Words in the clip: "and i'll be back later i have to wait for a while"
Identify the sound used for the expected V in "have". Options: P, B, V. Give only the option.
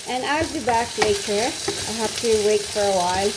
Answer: P